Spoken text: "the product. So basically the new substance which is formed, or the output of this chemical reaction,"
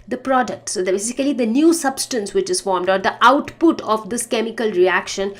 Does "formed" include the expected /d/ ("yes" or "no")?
yes